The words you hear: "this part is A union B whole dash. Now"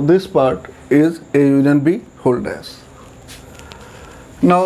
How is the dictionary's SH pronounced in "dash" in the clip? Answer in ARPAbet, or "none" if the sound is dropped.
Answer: S